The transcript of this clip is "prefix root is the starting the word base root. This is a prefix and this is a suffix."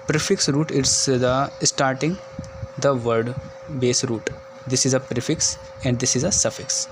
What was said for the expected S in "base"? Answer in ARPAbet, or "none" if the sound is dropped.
S